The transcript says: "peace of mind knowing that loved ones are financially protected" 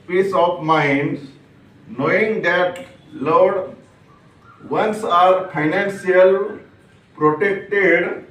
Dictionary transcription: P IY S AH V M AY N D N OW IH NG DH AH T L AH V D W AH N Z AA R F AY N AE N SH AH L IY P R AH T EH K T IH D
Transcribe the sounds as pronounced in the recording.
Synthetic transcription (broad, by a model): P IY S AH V M AY N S N OW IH NG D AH T L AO D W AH N S AA R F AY N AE N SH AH L P R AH T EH K T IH D